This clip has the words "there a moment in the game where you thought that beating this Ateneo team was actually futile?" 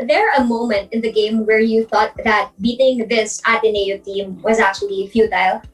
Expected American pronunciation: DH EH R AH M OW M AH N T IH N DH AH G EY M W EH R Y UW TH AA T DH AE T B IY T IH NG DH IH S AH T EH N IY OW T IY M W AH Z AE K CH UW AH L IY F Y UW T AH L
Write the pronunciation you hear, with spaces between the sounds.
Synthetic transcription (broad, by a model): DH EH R AH M OW M AH N T IH N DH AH G EY M W EH R Y UW TH AA T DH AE T B IY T IH NG DH IH S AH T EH N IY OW T IY M W AH Z AE K CH UW AH L IY F Y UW T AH L